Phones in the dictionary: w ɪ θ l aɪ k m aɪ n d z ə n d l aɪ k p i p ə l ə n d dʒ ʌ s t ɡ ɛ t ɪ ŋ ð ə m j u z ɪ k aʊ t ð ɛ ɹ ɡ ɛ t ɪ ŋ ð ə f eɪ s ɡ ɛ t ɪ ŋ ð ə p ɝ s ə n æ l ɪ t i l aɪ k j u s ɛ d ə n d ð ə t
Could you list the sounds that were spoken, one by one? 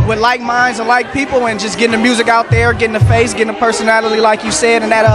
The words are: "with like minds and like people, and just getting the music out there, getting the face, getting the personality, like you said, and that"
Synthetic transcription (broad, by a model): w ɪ l aɪ k m aɪ n d z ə n l aɪ k p i p l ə n dʒ ʌ s ɡ ɛ t ɪ ŋ ð ə m j u z ɪ k aʊ t ð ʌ ɹ ɡ ɛ t ɪ ŋ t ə f eɪ s ɡ ɛ t ɪ ŋ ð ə p ɝ s ə n æ l ɪ t i l aɪ k j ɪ s ɛ d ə n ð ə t